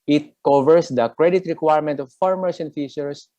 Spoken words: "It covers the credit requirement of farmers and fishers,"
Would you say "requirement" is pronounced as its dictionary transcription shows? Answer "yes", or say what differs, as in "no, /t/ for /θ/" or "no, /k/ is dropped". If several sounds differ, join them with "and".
yes